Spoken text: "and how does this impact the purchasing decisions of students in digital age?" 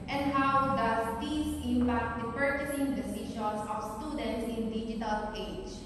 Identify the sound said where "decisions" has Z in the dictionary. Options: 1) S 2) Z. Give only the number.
1